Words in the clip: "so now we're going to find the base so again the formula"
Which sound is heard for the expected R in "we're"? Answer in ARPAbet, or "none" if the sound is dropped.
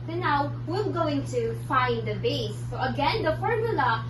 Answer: L